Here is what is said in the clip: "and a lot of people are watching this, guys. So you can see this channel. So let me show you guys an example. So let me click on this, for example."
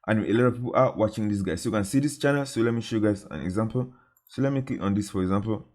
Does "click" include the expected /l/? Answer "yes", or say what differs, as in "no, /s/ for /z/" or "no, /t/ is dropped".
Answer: no, /l/ is dropped